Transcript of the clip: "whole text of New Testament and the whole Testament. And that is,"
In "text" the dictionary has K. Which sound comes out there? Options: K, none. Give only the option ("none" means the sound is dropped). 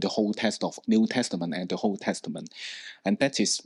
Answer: none